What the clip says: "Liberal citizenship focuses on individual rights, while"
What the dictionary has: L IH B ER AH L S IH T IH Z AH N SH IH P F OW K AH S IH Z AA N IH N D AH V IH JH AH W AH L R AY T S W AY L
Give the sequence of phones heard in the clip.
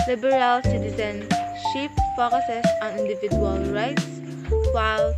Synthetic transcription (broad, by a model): L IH B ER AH L S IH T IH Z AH N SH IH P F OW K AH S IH S AA N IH N D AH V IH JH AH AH L R AY T S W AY L